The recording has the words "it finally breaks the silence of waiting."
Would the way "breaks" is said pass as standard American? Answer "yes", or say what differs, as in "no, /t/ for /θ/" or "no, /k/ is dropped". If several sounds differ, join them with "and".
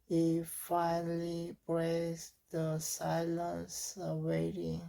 no, /k/ is dropped